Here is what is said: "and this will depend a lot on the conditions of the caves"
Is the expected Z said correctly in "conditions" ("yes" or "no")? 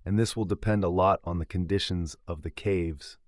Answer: yes